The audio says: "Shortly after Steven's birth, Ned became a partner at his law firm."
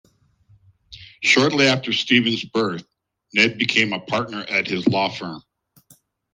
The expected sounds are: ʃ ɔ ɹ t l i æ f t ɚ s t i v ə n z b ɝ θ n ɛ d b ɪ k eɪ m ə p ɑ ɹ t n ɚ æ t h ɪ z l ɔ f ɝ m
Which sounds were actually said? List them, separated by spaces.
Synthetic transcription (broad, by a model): ʃ ɔ ɹ t l i æ f t ɚ s t i v ə n z b ɝ θ n ɛ d b ɪ k eɪ m ə p ɑ ɹ t n ɚ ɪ t h ɪ z l ɔ f ɝ m